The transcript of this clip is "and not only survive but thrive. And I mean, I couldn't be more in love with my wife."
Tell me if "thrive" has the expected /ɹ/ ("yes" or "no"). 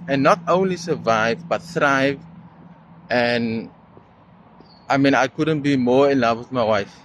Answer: yes